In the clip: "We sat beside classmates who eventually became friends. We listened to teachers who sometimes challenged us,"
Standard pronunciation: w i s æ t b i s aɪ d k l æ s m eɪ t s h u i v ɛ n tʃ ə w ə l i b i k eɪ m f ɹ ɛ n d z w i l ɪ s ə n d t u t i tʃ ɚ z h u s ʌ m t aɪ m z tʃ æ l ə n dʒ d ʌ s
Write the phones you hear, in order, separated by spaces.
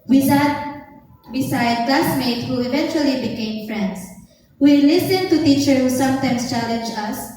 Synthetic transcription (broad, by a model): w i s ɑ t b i s aɪ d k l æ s m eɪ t h u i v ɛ n tʃ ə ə l i b i k eɪ m f ɹ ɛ n d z w i l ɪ s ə n t u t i tʃ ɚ h u s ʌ m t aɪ m s tʃ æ l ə n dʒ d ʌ s